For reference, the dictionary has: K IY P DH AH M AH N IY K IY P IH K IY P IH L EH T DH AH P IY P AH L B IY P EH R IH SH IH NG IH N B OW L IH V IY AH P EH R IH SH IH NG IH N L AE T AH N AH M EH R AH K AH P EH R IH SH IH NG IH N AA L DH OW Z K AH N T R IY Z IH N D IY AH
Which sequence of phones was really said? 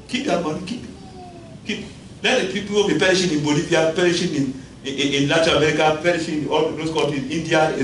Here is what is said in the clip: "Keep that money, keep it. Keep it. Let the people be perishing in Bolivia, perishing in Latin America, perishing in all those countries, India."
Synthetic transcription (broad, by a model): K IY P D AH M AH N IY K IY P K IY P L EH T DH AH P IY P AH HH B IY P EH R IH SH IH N IH N B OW L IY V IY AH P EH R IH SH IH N IH N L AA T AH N AH M EH R AH K AH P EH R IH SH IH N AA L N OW S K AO T IY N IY N D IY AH